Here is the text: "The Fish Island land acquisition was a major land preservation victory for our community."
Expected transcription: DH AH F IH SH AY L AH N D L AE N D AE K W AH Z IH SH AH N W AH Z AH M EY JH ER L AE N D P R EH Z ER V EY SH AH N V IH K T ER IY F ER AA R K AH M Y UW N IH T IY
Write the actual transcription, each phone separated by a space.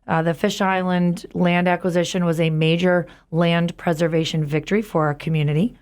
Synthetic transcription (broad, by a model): DH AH F IH SH AY L AH N D L AE N D AE K W AH Z IH SH AH N W AH Z AH M EY JH ER L AE N D P R EH Z ER V EY SH AH N V IH K T ER IY F ER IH K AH M Y UW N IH T IY